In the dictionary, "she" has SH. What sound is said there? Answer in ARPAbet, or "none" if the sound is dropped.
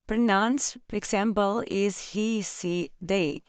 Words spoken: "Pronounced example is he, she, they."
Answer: S